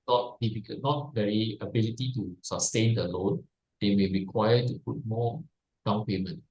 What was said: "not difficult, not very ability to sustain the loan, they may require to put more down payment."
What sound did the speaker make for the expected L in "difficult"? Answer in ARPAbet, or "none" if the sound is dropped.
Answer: none